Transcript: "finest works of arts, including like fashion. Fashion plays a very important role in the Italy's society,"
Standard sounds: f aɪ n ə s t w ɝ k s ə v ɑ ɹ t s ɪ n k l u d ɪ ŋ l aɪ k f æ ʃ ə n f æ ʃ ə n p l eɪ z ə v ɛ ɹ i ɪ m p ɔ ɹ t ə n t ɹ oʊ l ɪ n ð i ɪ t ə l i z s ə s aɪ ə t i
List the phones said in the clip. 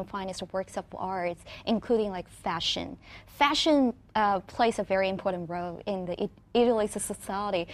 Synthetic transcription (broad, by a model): f aɪ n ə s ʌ w ɝ k s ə p ɑ ɹ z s ɪ n k l u d ɪ ŋ l aɪ k f æ ʃ ə n f æ ʃ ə n p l eɪ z ə v ɛ ɹ i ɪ m p ɔ ɹ t n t ɹ oʊ l ɪ n ð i ɪ t l i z s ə s aɪ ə t i